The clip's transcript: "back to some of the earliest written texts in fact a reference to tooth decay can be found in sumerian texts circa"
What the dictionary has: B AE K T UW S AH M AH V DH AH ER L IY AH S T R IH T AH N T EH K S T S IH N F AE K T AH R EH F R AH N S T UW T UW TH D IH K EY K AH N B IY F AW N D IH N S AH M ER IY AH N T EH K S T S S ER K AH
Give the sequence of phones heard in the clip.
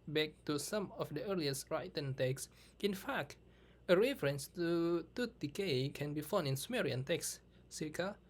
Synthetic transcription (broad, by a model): B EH K T UW S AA M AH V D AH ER L IY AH S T R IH T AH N T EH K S S IH N F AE K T AH R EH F R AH N S T UW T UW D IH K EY K AH N B IY F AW N IH N S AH M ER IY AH N T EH K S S S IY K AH